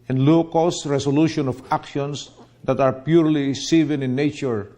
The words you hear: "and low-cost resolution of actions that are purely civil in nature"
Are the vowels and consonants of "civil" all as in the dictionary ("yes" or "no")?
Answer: no